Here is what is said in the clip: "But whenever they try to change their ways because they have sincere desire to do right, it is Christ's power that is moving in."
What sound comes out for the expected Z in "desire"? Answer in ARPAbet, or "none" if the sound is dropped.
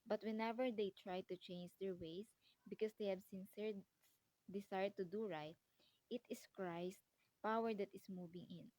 S